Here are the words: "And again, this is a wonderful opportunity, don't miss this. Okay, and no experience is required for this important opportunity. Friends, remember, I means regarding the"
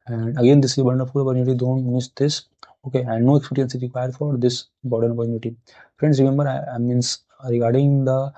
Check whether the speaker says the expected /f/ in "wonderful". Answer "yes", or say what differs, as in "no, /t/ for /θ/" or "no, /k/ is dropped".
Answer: no, /p/ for /f/